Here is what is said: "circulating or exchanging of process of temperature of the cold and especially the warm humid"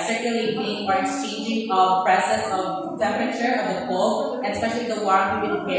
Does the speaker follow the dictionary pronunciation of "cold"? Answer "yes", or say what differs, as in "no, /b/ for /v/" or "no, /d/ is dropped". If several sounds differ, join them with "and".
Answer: no, /d/ is dropped